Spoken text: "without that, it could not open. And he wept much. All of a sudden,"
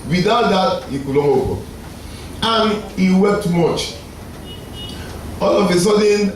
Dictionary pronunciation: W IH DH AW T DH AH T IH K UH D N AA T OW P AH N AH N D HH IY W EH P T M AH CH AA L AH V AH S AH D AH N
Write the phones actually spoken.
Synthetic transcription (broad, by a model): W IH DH AW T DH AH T IH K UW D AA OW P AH AH N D HH IY W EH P T M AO CH AA L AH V AH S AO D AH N